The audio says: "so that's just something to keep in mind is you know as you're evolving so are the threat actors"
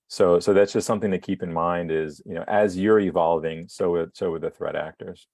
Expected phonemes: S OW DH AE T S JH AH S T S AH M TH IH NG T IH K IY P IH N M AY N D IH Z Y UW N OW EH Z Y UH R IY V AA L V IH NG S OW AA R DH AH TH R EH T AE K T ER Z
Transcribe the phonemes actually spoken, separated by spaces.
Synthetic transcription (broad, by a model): S OW DH AE T S JH AH S T S AH M TH IH NG T IH K IY P IH N M AY N D IH Z Y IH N OW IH Z Y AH R IY V AA L V IH NG S OW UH W DH AH TH R EH T AE K T ER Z